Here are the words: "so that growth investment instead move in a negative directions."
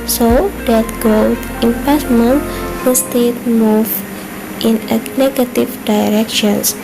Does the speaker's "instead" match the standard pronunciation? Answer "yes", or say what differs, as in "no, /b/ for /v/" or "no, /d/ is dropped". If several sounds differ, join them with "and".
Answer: no, /n/ is dropped